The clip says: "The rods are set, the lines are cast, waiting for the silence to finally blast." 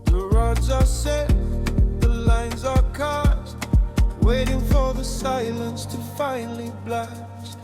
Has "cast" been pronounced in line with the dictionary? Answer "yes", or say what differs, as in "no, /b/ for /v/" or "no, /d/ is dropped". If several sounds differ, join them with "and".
no, /s/ is dropped